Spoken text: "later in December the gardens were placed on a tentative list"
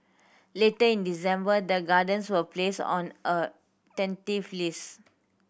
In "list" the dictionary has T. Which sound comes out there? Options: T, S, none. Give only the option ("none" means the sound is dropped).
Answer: none